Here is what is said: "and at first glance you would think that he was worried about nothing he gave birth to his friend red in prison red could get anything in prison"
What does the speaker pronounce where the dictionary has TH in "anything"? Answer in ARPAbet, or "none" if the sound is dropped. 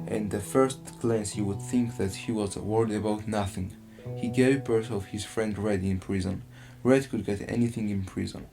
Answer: TH